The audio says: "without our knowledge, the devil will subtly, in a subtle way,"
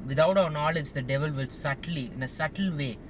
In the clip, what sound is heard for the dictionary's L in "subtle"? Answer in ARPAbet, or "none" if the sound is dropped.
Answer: L